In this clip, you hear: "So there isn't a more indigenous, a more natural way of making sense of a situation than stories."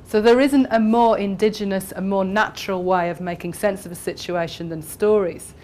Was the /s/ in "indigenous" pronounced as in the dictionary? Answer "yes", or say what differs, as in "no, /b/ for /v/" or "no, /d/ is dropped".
yes